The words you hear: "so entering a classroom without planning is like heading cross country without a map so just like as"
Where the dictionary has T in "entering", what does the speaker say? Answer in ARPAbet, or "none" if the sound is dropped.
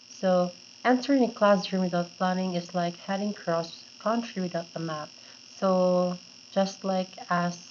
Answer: S